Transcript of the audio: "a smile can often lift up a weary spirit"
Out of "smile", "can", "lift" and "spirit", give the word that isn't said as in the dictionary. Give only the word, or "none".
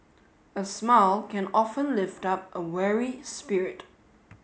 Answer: none